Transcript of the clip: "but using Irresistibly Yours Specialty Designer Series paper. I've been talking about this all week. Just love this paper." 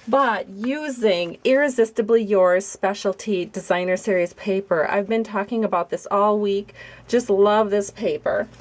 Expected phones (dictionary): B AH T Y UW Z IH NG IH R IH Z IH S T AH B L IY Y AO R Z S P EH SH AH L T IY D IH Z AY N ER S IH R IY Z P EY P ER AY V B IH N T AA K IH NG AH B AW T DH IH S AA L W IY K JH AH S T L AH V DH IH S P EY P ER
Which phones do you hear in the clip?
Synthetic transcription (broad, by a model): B AH T Y UW Z IH NG IH R IH Z IH S T AH B L IY Y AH R S P EH SH L T IY D IH Z AY N ER S IH R IY Z P EY P ER AY V B IH N T AA K IH NG AH B AW T DH IH S AA L W IY K JH AH S T L AH V DH IH S P EY P ER